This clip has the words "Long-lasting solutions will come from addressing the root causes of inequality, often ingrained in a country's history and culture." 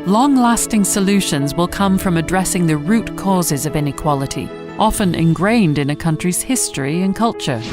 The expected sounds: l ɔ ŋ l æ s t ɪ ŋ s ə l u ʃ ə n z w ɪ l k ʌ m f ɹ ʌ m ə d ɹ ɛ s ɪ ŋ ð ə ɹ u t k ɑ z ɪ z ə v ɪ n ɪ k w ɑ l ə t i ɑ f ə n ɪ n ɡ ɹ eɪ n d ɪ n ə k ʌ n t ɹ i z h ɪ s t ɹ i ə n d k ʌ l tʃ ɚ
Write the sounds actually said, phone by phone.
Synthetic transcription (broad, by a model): l ɔ ŋ l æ s t ɪ ŋ s ə l u ʃ ə n z w ɪ l k ʌ m f ɹ ʌ m ə d ɹ ɛ s ɪ ŋ ð ə ɹ u t k ɑ z ɪ z ə v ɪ n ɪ k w ɑ l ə t i ɑ f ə n ɪ n ɡ ɹ eɪ n d ɪ n ə k ʌ n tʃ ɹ i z h ɪ s t ɹ i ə n k ʌ l tʃ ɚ